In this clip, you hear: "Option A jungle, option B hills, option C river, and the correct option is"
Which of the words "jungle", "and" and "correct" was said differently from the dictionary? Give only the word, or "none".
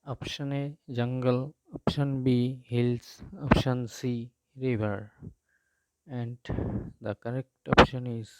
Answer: none